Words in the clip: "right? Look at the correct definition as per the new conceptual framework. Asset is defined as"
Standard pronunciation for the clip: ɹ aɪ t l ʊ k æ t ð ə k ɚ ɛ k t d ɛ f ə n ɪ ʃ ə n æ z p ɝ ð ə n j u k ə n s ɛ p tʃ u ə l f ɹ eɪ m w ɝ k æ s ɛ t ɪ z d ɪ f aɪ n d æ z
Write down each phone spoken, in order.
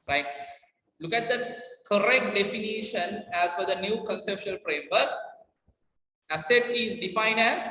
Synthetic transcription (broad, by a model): ɹ aɪ t l ʊ k æ t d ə k ɚ ɛ k t d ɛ f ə n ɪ ʃ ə n æ z f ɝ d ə n j u k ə n s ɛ p ʃ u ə l f ɹ eɪ m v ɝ k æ s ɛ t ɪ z d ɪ f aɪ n æ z